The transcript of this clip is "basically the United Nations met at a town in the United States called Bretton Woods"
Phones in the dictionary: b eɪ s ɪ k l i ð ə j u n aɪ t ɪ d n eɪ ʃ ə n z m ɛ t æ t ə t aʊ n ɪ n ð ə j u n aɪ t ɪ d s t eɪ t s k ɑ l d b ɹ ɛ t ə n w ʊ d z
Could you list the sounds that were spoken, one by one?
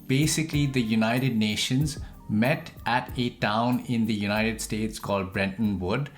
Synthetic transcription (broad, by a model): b eɪ s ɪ k l i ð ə j u n aɪ t ɪ d n eɪ ʃ ə n z m ɛ t æ t ə t aʊ n ɪ n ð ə j u n aɪ t ɪ d s t eɪ t s k ɑ l d b ɹ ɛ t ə n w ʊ d